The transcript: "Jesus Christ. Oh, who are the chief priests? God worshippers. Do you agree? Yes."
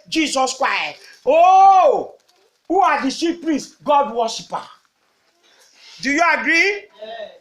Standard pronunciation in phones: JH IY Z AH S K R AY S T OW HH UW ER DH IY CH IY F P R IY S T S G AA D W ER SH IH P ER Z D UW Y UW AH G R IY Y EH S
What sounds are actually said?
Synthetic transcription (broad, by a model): JH IY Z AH S K R AY S T OW HH UW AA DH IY S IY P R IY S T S G AA D W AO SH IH P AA D UW Y UW AH G R IY